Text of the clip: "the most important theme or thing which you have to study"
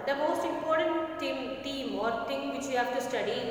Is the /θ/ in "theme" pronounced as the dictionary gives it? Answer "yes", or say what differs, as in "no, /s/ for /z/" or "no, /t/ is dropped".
no, /t/ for /θ/